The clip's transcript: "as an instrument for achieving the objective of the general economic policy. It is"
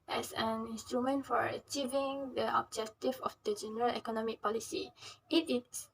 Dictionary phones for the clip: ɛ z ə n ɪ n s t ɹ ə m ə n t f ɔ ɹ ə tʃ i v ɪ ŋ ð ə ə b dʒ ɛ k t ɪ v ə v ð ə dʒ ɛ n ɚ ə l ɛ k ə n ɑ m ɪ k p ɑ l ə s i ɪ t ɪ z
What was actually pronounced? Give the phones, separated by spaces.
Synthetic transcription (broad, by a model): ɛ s ə n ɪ n s t ɹ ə m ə n t f ɔ ɹ ə tʃ i v ɪ ŋ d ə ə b dʒ ɛ k t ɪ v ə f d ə dʒ ɛ n ɚ ə l ɛ k ə n ɑ m ɪ k p ɑ l ə s i ɪ t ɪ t